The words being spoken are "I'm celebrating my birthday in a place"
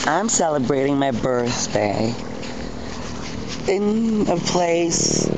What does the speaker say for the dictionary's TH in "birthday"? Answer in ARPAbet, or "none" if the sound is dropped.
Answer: TH